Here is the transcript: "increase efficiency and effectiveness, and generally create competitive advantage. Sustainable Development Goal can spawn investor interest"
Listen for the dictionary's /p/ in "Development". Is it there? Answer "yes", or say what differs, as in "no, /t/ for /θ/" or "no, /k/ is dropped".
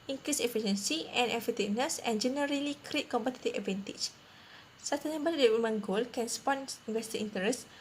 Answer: no, /p/ is dropped